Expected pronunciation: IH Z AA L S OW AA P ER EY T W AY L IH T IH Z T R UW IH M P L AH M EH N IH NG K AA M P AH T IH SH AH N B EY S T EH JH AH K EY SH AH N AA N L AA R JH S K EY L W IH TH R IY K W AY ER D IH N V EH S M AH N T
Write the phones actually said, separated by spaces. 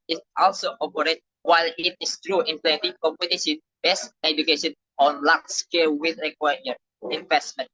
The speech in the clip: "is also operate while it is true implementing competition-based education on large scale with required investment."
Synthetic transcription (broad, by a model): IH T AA L S OW AA P ER EY T W AY L IH T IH S T R UW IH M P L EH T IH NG K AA M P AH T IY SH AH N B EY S EH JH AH K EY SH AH N AA N L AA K S K EY L W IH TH R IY K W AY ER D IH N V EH S M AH N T